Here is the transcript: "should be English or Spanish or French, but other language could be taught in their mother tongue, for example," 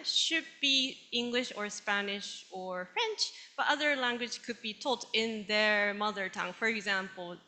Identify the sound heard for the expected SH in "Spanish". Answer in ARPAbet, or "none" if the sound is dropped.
SH